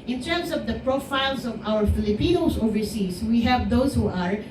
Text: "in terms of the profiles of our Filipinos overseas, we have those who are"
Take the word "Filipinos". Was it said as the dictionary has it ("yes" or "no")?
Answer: no